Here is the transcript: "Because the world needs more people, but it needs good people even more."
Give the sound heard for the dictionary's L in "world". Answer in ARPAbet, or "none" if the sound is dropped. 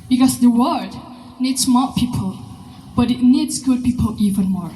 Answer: none